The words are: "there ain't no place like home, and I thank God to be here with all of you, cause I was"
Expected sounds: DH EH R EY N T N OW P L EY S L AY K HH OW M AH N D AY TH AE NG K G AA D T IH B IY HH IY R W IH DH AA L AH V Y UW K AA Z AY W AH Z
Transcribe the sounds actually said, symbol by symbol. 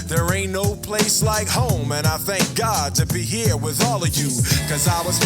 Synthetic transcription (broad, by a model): DH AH R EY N N OW P L EY S L AY K HH OW M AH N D AY TH AE NG K G AA D T IH B IY HH IY R W IH DH AA L AH V Y UW K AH Z AY W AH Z